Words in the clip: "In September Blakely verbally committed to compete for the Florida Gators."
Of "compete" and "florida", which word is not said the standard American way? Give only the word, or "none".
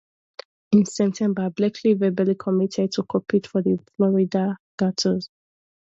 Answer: compete